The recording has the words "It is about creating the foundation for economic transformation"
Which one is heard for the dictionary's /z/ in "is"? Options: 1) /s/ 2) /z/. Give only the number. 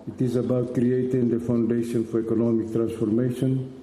2